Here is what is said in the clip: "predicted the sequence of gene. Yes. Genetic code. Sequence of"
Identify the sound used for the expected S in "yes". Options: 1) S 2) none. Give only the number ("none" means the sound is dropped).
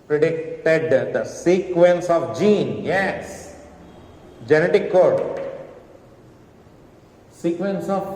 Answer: 1